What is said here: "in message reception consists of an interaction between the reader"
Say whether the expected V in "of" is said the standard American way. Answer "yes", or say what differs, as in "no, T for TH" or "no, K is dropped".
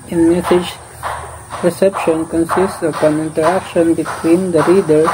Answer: no, P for V